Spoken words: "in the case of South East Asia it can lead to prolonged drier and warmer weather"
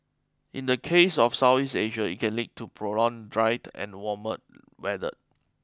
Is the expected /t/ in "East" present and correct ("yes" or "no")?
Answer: no